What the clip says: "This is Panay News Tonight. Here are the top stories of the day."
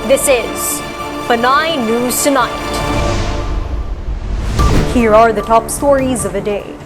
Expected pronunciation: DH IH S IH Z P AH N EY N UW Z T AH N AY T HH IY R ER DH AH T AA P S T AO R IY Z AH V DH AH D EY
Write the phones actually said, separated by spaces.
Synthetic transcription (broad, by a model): DH IH S IH Z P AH N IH N UW Z T AH N AY T HH IY R ER DH AH T AA P S T AO R IY Z AH V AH D EY